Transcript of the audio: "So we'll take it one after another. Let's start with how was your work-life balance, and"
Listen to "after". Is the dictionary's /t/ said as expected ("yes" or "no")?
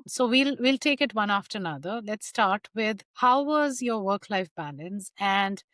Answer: yes